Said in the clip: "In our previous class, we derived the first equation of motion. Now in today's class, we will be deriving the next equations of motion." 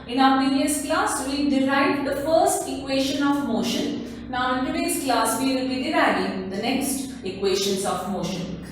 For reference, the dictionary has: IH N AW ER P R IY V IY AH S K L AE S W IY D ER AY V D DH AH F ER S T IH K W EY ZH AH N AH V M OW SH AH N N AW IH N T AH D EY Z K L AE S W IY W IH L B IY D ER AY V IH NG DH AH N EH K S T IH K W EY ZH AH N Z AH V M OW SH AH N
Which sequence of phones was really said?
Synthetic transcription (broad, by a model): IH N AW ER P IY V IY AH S K L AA S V IY D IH AY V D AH F ER S T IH K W EY SH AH N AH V M OW SH AH N N AW IH N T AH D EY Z K L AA S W IY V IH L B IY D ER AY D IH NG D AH N EH K S T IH K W EY SH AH N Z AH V M OW SH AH N